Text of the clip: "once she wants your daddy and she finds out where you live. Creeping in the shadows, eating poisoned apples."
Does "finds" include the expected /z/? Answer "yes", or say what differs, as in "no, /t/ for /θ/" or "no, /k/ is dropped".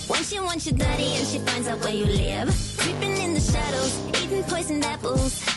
yes